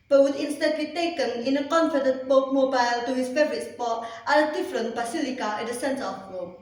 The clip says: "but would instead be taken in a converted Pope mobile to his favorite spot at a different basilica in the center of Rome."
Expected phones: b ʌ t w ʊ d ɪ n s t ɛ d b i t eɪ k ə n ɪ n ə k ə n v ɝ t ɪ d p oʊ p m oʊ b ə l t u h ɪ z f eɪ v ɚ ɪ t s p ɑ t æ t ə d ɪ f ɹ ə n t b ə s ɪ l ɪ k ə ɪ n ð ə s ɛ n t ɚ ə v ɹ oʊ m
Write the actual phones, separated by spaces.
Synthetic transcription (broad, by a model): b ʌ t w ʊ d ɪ n s t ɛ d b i t eɪ k ə n ɪ n ə k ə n f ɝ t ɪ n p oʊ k m oʊ b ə l t u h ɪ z f eɪ v ɚ ɪ t s p ɑ t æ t ə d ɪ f ɹ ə n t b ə s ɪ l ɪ k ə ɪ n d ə s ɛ n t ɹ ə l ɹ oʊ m